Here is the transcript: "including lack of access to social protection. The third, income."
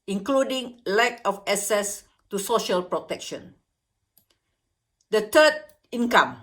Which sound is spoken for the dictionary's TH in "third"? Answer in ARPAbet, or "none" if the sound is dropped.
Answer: T